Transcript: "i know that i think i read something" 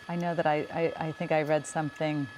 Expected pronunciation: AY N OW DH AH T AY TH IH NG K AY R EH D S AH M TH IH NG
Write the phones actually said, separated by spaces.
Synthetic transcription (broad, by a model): AY N OW DH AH T AY TH IH NG K AY R EH D S AH M TH IH NG